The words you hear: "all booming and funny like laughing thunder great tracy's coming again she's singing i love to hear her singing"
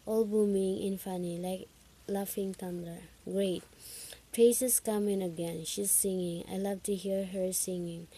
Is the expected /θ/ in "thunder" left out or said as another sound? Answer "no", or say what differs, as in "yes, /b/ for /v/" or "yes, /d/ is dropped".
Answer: yes, /t/ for /θ/